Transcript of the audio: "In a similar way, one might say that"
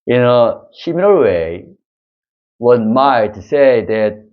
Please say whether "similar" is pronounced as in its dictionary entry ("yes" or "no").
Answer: no